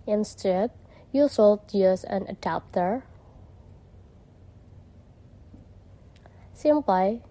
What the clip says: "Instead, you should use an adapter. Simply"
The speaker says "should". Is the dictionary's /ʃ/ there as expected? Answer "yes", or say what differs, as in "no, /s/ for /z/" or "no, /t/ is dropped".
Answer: no, /s/ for /ʃ/